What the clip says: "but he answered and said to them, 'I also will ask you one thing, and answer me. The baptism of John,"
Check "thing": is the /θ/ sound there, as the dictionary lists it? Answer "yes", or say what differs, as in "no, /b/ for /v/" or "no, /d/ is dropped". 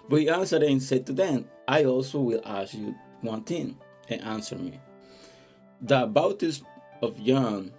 no, /t/ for /θ/